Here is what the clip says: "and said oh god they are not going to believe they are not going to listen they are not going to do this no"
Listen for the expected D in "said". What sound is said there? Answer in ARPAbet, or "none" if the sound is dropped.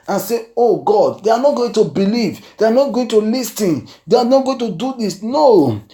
none